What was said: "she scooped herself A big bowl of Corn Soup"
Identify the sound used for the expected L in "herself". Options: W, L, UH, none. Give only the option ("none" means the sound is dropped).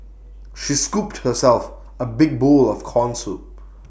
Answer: L